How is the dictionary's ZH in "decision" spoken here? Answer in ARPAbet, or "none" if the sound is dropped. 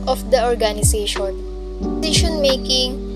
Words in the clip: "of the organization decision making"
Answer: SH